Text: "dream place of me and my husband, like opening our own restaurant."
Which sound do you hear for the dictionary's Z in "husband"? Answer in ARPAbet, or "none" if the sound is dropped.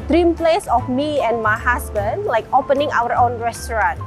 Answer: S